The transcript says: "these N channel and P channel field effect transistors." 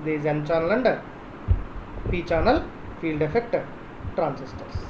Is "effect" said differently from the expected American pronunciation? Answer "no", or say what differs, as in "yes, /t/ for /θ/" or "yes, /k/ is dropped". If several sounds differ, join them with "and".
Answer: no